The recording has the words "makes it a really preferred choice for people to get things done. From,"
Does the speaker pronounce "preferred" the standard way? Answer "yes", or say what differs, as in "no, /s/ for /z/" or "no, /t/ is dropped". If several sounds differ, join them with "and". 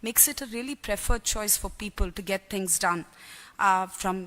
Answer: yes